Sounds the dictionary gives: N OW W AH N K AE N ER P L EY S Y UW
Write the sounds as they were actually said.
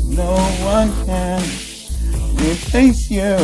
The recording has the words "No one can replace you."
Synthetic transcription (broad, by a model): N OW W AH N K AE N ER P EY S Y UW